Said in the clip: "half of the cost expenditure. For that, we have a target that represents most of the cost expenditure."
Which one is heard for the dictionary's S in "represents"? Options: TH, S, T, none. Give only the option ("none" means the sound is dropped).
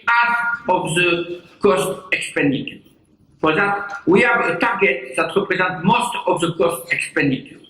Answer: none